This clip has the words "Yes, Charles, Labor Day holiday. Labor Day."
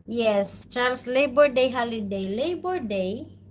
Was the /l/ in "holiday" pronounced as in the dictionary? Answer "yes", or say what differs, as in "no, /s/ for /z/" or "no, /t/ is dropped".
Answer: yes